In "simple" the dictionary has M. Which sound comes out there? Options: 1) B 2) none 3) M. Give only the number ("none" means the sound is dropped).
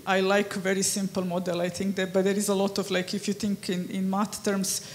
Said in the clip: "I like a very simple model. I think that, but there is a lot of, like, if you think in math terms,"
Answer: 3